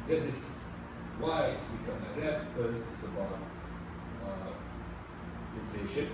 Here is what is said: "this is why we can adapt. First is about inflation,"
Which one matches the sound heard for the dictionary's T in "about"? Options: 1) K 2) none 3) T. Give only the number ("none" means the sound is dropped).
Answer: 2